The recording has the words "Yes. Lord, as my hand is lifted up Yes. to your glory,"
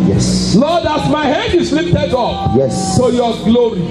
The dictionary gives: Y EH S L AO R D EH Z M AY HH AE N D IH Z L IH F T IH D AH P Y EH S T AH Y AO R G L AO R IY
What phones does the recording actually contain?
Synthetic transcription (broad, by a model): Y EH S L AO D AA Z M AY HH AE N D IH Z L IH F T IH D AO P Y EH S S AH Y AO G L AO R IY